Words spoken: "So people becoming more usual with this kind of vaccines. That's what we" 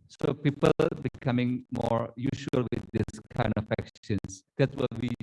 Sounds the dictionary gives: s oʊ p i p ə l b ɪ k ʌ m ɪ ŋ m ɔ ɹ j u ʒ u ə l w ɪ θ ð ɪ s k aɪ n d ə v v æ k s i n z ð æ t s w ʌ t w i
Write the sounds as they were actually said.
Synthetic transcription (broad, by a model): s oʊ p i p ə l b ɪ k ʌ m ɪ ŋ m ɔ ɹ j u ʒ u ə l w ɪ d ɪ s k aɪ n d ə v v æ k ʃ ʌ n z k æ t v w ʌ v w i